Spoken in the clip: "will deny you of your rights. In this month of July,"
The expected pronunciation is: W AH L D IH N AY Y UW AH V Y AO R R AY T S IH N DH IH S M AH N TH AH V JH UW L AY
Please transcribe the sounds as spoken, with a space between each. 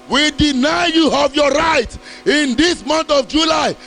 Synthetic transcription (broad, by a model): W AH D IH N AY Y UW AH V Y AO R R AY T IH N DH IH S M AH N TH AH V JH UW L AY